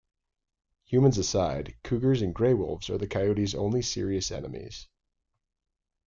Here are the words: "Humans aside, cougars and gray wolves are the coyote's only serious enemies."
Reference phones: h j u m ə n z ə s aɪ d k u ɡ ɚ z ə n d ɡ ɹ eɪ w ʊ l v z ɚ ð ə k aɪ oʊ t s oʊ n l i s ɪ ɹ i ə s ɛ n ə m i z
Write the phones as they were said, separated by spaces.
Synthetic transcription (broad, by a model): h j u m ə n z ə s aɪ d k u ɡ ɚ z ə n ɡ ɹ eɪ w ʊ l v z ɚ ð ə k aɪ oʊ t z oʊ n l i s ɪ ɹ i ə s ɛ n ə m i z